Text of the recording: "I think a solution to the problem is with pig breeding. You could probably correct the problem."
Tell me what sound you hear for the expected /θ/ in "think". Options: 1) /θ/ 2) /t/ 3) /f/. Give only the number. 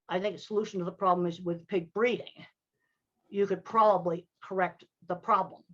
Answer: 1